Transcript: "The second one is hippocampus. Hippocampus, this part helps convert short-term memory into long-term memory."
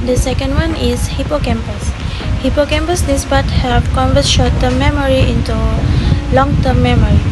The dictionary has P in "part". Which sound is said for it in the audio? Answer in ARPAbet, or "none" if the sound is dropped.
B